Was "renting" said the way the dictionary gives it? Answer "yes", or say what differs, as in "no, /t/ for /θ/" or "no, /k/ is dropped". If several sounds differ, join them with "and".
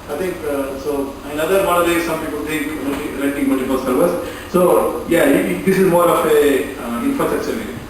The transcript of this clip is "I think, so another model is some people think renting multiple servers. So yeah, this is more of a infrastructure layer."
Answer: no, /l/ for /n/